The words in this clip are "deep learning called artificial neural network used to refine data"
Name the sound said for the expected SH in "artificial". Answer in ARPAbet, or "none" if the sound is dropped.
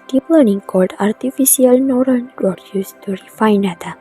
S